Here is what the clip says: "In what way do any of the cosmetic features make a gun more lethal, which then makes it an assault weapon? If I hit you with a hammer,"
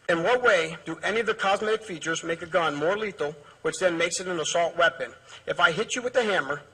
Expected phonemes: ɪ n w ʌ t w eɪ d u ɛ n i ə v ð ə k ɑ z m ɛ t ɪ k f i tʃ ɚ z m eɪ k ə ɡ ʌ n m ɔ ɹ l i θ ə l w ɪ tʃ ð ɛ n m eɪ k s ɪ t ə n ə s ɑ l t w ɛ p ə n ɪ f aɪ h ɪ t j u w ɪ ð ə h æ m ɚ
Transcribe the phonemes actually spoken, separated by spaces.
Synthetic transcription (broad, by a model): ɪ n w ʌ t w eɪ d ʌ ɛ n i ə v ð ə k ɑ z m ɛ t ɪ k f i tʃ ɚ z m eɪ k ə ɡ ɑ n m ɔ ɹ l i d l w ɪ tʃ ð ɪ n m eɪ k s ɪ t ə n ə s ɑ l t w ɛ p ə n ɪ f aɪ h ɪ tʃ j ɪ w ɪ ð ə h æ m ɚ